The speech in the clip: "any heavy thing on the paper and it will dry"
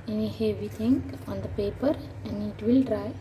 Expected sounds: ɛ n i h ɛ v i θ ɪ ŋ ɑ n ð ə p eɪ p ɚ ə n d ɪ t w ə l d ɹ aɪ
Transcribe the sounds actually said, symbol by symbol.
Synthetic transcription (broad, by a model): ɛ n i h ɛ v i t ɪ ŋ ɑ n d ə p eɪ p ɚ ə n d ɪ t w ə l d ɹ aɪ